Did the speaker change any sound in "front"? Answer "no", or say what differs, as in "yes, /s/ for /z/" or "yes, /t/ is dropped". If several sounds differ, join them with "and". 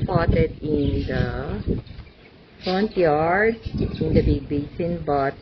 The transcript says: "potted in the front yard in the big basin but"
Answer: no